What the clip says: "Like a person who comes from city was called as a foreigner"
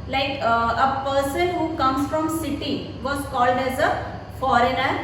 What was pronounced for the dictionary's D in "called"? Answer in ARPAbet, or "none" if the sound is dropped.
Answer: D